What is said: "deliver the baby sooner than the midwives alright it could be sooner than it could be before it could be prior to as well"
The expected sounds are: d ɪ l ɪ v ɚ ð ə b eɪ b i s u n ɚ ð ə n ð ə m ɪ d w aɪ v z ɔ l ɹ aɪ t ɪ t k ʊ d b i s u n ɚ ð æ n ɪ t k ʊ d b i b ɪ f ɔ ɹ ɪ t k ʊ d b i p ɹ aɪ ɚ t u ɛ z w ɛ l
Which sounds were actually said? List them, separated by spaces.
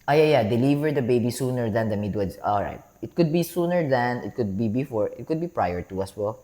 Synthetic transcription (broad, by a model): d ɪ l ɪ v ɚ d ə b eɪ b i s u n ɚ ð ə n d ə m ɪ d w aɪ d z ɔ l ɹ aɪ t ɪ t k ʊ d b i s u n ɚ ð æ n ɪ t k ʊ d b i b ɪ f ɔ ɹ ɪ t k ʊ d b i p ɹ aɪ ɚ t u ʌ s w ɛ l